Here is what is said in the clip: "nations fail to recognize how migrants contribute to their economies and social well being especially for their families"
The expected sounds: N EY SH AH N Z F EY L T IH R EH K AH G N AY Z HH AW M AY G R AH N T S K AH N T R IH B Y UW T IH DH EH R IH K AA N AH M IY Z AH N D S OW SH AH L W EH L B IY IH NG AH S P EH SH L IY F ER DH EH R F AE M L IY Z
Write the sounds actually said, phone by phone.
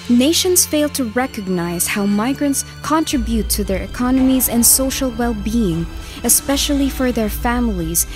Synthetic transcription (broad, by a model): N EY SH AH N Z F EY L T IH R EH K AH G N AY Z HH AW M AY G R AH N T S K AH N T R IH B Y UW T IH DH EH R IH K AA N AH M IY Z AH N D S OW SH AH L W EH L B IY IH NG AH S P EH SH L IY F ER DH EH R F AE M L IY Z